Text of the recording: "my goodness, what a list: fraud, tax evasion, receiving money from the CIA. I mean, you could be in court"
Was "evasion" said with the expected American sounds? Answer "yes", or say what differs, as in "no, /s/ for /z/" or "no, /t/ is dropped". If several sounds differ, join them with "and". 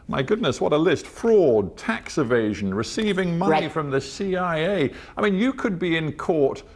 yes